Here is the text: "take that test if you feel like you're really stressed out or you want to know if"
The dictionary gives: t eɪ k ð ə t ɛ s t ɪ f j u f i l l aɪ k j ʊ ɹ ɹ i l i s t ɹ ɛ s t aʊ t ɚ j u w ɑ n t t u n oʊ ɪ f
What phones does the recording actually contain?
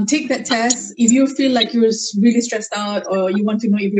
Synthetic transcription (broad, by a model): t eɪ k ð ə t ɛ s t ɪ f j u f i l l aɪ k j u w ɹ i l i s t ɹ ɛ s t aʊ t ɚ j u w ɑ n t t u n oʊ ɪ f